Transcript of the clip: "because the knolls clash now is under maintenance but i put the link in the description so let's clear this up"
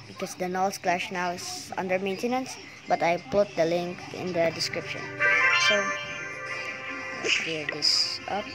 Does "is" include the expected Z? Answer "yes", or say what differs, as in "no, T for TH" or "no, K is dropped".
no, S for Z